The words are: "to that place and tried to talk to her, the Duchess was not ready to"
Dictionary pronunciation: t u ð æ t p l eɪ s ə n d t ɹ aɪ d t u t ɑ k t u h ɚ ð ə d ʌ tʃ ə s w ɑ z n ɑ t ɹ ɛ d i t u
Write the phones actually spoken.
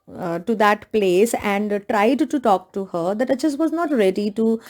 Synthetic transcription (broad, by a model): t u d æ t p l eɪ s ə n d t ɹ aɪ d t u t ɑ k t u h ɚ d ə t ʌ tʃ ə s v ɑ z n ɑ t ɹ ɛ d i t u